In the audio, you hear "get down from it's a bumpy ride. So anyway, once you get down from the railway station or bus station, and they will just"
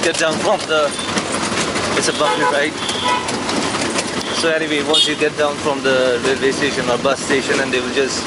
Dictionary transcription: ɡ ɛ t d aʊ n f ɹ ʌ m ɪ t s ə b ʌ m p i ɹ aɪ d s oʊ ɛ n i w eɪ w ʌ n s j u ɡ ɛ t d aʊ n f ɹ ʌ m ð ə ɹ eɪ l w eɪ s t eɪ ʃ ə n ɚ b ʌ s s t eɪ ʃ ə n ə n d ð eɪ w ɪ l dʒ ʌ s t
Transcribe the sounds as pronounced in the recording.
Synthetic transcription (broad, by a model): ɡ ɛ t d aʊ n f ɹ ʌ m ɪ t s ə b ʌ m i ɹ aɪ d s oʊ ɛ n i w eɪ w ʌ n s j u ɡ ɛ t d aʊ n f ɹ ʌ m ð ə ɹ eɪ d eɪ s t eɪ ʃ ə n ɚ b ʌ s s t eɪ ʃ ə n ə n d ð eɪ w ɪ l dʒ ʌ s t